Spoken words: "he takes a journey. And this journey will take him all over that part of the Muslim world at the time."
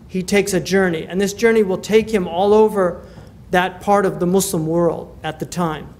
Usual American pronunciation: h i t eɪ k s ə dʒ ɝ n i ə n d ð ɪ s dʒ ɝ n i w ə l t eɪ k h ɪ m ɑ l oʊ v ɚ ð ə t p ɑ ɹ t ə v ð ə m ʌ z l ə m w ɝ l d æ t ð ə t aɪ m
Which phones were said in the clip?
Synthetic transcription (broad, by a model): h i t eɪ k s ə dʒ ɝ n i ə n ð ɪ s dʒ ɝ n i w ə l t eɪ k h ɪ m ɑ l oʊ v ɚ ð ə t p ɑ ɹ t ə v ð ə m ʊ s l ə m w ɝ l d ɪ t ð ə t aɪ m